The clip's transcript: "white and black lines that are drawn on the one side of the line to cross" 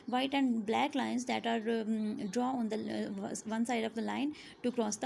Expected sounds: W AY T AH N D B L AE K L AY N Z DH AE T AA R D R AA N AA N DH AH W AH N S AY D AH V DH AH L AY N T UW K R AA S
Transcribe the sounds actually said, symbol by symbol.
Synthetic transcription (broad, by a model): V AY T AH N D B L AE K L AY N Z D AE T AA R D R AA AA N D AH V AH N S AY D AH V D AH L AY N T UW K R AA S